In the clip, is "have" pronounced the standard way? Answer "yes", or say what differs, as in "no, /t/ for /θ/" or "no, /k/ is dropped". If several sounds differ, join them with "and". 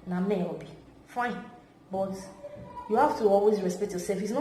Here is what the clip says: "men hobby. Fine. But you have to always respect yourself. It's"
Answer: no, /f/ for /v/